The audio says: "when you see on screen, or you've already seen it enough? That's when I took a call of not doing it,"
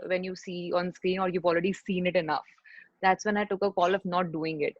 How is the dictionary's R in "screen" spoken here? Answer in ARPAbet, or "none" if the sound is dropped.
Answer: R